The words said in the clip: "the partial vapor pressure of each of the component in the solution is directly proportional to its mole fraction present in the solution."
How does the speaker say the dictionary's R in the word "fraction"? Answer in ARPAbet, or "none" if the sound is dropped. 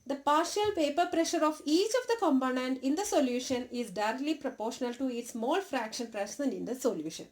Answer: R